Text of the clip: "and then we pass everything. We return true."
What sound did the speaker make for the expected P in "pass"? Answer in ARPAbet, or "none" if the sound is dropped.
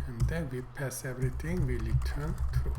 P